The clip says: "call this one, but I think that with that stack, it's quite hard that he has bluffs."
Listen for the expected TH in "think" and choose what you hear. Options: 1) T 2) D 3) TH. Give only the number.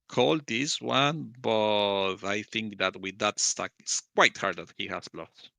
3